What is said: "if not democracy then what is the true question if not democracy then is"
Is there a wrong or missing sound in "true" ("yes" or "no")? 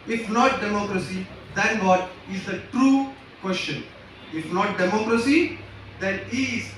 no